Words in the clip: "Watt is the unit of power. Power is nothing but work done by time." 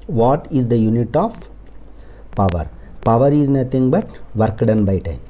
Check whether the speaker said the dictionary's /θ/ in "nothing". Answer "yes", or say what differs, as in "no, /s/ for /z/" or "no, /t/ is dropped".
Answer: no, /t/ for /θ/